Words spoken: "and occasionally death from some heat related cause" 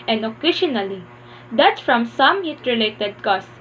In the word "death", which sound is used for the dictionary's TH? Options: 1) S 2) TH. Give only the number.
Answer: 1